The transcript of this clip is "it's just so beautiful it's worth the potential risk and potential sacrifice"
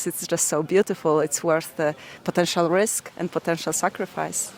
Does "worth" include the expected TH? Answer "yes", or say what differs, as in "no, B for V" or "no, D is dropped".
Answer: yes